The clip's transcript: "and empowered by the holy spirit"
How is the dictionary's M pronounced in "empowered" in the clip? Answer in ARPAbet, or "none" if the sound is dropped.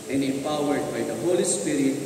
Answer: none